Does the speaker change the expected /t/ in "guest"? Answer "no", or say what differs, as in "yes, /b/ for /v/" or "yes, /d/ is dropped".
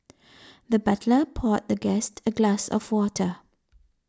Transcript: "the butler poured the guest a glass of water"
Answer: no